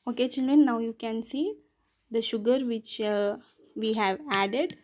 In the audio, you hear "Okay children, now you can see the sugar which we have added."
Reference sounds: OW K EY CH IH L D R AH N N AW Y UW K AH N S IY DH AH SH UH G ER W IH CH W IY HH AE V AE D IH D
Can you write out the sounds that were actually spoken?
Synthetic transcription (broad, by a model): OW K EY CH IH L D R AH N N AW Y UW K AH N S IY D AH SH UH G ER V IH CH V IY HH AE V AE D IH D